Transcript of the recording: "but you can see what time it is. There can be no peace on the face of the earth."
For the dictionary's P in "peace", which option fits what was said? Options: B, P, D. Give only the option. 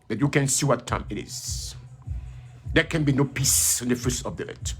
P